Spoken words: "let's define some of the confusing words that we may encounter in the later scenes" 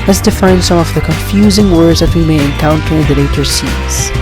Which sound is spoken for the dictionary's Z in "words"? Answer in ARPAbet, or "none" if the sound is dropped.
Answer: Z